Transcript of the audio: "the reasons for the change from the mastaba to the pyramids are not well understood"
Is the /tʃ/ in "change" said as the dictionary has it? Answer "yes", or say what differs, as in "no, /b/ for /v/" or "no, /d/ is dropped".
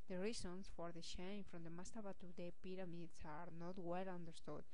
no, /ʃ/ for /tʃ/